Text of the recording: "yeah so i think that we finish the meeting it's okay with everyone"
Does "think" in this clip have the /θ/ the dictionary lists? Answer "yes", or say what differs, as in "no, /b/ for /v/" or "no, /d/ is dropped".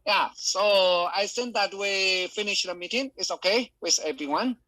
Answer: no, /s/ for /θ/